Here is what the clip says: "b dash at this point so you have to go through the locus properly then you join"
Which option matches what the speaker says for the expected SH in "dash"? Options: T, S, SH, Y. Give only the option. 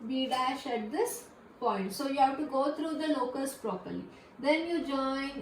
SH